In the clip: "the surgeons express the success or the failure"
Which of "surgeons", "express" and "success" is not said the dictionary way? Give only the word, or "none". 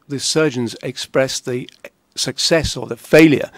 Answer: none